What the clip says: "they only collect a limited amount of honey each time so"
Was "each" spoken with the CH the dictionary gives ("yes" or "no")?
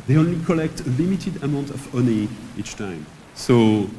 yes